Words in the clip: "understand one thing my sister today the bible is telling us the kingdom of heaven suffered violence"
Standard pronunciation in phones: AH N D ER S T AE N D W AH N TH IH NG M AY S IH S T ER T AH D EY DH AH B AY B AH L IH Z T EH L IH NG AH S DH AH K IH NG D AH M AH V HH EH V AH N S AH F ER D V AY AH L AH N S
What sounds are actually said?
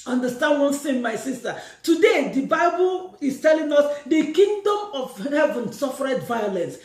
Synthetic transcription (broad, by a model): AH N D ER S T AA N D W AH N S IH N M AY S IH S T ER T AH D EY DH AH B AY B AH L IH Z T EH L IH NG AH S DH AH K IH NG D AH M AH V HH EH V AH N S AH F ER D V AY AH L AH N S